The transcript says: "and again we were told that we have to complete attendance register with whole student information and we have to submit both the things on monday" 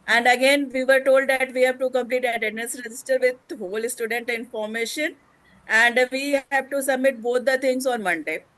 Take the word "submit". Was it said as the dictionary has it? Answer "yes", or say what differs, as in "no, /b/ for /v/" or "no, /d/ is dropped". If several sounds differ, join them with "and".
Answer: yes